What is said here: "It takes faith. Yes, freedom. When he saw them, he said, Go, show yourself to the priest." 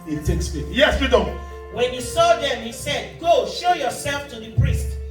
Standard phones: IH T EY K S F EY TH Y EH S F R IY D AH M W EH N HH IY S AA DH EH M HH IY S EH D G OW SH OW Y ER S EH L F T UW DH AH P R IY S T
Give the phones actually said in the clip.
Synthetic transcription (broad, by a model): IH T EY K S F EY T Y EH S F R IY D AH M W EH N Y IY S AA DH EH M HH IY S EH D G OW SH OW Y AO S EH L F T UW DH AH P R IY S T